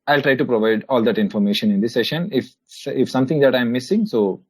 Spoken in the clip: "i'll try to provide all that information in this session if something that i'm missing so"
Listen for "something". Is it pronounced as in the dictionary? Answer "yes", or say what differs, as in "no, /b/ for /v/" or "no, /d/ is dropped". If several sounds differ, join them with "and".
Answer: no, /t/ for /θ/